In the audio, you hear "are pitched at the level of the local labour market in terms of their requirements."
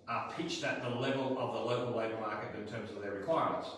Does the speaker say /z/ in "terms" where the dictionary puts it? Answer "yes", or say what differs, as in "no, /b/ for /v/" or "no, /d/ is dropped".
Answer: yes